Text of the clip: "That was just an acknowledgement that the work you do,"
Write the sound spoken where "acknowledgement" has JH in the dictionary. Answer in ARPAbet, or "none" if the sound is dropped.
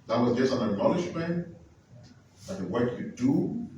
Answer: SH